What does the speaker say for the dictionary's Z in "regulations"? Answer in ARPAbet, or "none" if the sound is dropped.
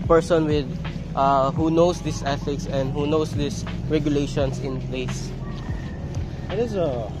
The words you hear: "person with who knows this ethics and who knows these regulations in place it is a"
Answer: S